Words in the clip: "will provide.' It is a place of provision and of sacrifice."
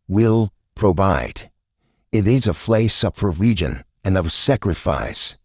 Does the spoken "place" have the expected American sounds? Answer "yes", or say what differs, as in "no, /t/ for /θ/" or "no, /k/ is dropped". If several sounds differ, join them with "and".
no, /f/ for /p/